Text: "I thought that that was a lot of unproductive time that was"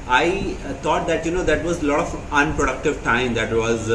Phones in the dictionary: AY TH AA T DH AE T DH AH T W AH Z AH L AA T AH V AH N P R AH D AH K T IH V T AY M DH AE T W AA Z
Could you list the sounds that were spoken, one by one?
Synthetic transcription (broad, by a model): AY T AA T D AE T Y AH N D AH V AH L AA T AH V AH N P R AH D AH K T IH V T AY M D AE T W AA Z